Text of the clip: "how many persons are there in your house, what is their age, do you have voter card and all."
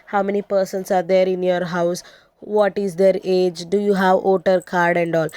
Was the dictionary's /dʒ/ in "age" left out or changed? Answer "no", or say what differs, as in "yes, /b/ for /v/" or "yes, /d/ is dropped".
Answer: no